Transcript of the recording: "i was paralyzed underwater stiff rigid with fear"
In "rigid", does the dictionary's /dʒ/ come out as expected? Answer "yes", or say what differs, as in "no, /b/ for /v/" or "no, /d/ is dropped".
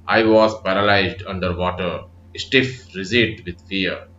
no, /z/ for /dʒ/